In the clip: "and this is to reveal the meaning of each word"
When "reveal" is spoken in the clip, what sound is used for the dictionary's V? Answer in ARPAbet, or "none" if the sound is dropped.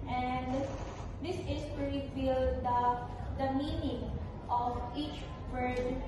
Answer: B